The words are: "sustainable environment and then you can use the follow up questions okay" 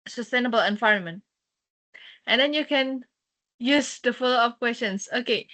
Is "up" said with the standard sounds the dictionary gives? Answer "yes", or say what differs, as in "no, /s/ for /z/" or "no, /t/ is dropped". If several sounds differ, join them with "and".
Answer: no, /f/ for /p/